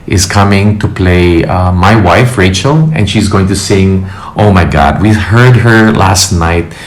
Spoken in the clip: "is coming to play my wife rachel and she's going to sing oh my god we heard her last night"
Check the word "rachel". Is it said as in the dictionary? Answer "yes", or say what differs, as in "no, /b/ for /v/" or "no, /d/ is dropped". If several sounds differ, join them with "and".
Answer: yes